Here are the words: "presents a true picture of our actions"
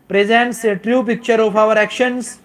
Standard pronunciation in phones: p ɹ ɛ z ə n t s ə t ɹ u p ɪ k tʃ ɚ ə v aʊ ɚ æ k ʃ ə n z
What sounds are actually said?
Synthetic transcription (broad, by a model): p ɹ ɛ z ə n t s ə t ɹ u p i k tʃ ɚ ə p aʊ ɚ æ k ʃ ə n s